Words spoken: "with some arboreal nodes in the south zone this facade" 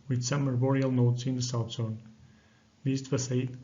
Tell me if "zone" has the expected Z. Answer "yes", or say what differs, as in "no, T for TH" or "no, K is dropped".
no, S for Z